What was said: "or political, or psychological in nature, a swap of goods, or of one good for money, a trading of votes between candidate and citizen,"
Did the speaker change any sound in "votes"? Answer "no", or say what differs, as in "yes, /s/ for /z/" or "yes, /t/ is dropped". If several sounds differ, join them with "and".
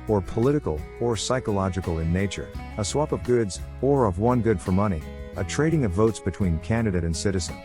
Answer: no